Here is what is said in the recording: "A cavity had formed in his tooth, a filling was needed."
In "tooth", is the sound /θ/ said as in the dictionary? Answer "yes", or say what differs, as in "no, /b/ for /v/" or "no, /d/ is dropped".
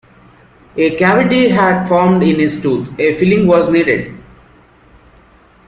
no, /t/ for /θ/